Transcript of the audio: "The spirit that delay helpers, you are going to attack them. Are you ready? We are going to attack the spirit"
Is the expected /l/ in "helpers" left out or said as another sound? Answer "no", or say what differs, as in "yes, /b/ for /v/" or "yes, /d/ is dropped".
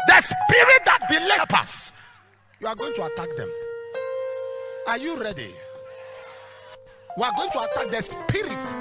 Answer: yes, /l/ is dropped